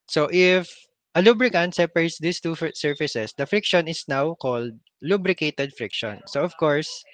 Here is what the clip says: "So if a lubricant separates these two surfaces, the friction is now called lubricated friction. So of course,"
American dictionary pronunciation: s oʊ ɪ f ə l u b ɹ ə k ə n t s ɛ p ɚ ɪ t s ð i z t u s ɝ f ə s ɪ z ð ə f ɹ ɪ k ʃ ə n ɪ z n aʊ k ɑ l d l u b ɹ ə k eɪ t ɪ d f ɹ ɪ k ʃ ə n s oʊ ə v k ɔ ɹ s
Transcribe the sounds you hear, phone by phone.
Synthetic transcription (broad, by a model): s oʊ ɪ f ə l u b ɹ ə k ə n t s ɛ p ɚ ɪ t s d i s t u s ɝ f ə s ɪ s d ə f ɹ ɪ k ʃ ə n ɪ s n aʊ k ɑ l d l u b ɹ ə k eɪ t ɪ d f ɹ ɪ k ʃ ə n s oʊ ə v k ɔ ɹ s